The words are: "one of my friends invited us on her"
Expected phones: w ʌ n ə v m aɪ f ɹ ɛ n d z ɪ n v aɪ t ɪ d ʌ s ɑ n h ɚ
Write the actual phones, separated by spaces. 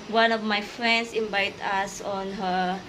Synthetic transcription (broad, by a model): w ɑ n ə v m aɪ f ɹ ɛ n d s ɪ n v aɪ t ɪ s ɑ n h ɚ